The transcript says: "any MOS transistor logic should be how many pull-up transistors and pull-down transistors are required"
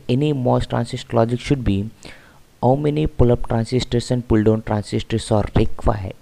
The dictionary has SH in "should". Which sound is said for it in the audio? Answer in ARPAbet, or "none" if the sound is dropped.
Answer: SH